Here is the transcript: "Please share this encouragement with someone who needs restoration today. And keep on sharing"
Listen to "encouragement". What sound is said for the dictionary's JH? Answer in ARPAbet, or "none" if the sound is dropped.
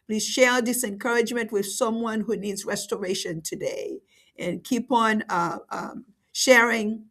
JH